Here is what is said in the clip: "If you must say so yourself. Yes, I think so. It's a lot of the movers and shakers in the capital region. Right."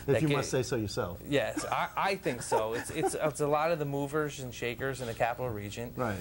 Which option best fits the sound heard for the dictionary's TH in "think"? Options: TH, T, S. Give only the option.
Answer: TH